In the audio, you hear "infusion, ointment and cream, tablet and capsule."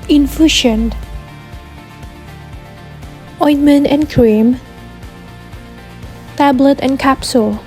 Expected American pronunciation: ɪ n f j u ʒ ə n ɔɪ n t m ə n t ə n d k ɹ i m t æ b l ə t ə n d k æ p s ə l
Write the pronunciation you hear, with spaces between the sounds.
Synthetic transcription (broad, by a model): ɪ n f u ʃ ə n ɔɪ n m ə n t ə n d k ɹ i m t æ b l ə t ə n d k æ p s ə l